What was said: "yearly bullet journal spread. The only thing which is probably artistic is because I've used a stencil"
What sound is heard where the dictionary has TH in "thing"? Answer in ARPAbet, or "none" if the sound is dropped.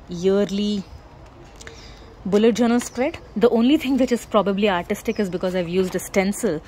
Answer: T